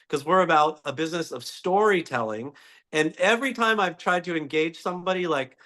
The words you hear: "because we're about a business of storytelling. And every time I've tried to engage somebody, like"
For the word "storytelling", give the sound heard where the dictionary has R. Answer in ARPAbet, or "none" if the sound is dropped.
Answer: R